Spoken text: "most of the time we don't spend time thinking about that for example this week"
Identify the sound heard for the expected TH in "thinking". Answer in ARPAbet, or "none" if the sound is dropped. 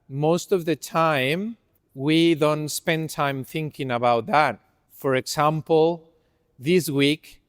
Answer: TH